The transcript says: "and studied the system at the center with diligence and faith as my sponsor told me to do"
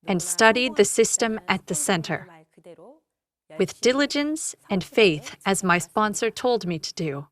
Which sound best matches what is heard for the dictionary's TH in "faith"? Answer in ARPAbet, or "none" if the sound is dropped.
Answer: TH